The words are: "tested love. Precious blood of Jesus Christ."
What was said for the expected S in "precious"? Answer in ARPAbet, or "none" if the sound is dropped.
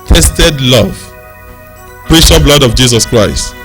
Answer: none